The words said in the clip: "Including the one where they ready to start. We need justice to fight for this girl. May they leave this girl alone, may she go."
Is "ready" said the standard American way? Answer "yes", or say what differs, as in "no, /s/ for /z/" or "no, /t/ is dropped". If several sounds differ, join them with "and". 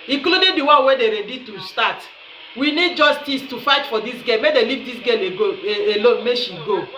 yes